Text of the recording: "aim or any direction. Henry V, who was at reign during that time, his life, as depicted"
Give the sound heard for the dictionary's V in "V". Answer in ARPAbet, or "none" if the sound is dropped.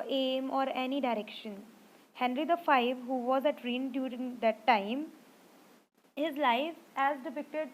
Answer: F